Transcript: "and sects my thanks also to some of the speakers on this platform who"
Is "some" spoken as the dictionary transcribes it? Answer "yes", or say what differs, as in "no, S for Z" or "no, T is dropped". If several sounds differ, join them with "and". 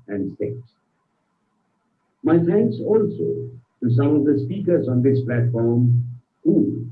no, M is dropped